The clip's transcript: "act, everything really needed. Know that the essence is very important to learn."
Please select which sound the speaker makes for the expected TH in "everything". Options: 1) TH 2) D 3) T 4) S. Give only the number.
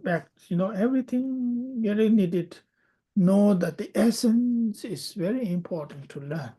3